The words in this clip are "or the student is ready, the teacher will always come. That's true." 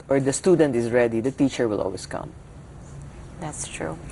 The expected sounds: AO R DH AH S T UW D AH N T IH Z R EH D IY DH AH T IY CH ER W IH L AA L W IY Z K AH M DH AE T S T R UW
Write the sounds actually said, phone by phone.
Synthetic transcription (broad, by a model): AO R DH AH S T UW D AH N T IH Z R EH D IY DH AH T IY CH ER W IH L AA L W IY S K AH M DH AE T S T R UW